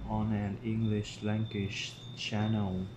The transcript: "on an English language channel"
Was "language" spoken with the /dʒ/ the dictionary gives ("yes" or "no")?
no